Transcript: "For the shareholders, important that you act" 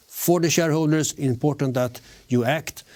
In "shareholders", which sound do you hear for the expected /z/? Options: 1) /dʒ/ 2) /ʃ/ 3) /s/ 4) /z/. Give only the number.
3